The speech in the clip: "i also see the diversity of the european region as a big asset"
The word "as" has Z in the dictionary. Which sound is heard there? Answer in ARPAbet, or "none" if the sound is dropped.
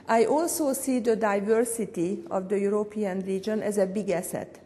Z